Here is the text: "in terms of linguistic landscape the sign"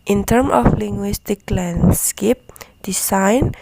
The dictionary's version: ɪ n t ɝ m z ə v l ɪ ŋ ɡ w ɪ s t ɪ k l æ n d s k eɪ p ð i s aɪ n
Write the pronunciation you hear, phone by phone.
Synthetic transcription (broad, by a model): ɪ n t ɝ m ə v l ɪ ŋ ɡ w ɪ s t ɪ k l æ n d s k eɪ p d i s aɪ n